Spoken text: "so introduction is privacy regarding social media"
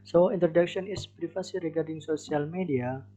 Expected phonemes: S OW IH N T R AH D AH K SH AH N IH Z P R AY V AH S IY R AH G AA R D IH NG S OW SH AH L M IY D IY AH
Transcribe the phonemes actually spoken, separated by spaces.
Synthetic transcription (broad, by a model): S OW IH N T R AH D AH K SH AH N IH S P R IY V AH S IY R AH G AA R D IH NG S OW S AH L M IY D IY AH